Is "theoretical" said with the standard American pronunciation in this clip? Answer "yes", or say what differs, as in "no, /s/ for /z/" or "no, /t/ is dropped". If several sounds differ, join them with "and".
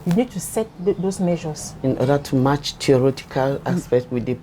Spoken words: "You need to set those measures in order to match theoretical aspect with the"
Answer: no, /t/ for /θ/